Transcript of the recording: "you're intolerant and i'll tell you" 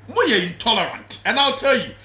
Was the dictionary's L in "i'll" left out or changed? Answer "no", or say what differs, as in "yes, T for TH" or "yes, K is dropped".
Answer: no